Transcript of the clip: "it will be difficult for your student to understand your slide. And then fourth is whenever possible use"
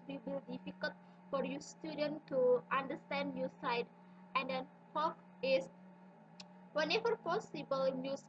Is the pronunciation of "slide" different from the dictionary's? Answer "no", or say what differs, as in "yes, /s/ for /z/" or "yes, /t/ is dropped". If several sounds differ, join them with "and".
yes, /l/ is dropped